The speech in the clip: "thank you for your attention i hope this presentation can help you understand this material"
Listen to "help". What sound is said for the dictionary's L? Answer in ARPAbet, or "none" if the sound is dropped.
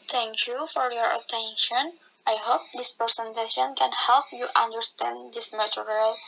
L